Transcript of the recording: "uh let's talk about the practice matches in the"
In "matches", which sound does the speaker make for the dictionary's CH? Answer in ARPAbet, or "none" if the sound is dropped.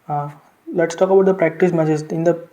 S